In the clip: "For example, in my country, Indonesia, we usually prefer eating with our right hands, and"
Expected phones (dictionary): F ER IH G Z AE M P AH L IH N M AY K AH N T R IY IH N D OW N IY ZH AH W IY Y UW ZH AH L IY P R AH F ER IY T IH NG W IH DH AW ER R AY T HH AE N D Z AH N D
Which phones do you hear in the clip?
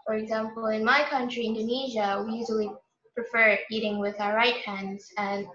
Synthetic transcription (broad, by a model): F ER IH G Z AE M P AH L IH N M AY K AH N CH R IY IH N D OW N IY ZH AH W IY Y UW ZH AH L IY P R AH F ER IY T IH NG W IH DH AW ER R AY T HH AE N D Z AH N